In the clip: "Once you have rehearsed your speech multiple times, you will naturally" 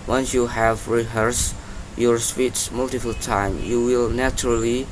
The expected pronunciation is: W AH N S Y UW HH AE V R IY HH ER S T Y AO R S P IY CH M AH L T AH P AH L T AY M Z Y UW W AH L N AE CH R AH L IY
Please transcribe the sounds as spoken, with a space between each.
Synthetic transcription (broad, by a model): W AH N S Y UW HH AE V R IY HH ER S Y AO R S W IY S M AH L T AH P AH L T AY M Y UW W AH L N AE CH R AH L IY